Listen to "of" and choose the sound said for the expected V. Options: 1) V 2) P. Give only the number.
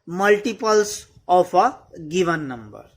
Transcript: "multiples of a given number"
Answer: 2